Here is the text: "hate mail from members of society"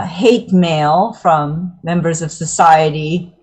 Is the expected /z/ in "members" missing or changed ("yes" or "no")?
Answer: no